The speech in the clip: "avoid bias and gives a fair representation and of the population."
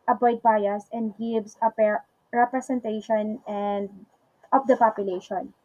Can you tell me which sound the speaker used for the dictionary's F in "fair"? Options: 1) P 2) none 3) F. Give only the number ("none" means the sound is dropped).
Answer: 1